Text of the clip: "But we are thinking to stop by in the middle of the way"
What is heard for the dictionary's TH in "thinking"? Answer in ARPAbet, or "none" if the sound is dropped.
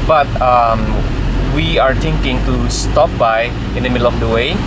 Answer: T